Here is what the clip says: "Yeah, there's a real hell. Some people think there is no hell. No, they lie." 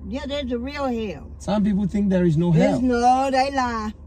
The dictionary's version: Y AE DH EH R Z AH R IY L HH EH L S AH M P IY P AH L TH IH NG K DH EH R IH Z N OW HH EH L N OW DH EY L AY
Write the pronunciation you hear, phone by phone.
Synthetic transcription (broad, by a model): Y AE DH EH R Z AH R IY L HH EH L S AH M P IY P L TH IH NG K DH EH R IH Z N OW HH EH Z N OW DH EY L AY